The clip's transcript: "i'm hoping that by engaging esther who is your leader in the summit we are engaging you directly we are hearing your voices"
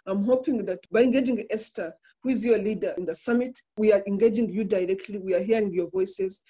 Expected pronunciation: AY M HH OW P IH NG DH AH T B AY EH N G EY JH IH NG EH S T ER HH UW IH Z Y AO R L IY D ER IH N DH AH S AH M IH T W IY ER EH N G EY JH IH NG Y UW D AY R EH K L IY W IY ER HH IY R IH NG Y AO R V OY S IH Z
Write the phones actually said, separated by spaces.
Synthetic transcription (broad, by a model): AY M HH OW P IH NG DH AH T B AY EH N G EY JH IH NG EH S T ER HH UW IH Z Y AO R L IY D ER IH N DH AH S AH M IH T W IY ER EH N G EY JH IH NG Y UW D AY R EH K L IY W IY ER HH IY R IH NG Y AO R V OY S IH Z